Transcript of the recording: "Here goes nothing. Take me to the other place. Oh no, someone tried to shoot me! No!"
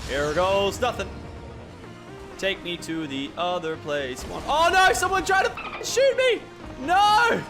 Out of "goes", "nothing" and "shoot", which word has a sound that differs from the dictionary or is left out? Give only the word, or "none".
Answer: none